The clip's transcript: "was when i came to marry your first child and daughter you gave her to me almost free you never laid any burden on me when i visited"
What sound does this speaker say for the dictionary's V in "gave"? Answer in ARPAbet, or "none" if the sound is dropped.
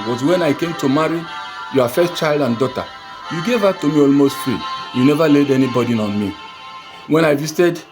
V